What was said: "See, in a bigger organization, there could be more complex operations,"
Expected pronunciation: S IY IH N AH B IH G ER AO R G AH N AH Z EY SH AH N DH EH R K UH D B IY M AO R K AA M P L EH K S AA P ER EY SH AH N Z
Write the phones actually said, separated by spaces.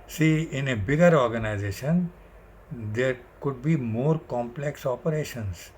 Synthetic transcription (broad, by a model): S IY IH N AH B IH G ER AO R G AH N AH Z EY SH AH N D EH R K UH D B IY M AO R K AA M P L EH K S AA P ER EY SH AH N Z